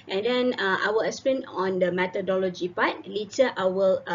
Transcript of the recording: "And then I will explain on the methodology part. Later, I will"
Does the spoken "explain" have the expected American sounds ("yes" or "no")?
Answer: no